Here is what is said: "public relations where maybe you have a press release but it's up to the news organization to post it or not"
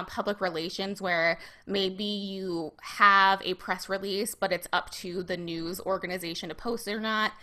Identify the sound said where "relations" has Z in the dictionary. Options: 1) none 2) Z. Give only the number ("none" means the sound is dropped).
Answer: 2